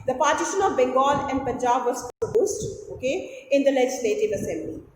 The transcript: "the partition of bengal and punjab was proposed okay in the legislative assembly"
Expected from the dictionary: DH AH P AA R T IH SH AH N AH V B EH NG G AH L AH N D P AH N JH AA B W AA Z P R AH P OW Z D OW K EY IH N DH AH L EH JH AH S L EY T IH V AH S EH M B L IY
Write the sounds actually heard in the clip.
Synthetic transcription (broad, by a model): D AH P AA R T IH SH AH N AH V B EH NG G AH L AH N D P AH N JH AA B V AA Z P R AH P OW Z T OW K EY IH N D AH L EH JH AH S L EY T IH V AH S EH M B L IY